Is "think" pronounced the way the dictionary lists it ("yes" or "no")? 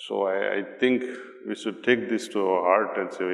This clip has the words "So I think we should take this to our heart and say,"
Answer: no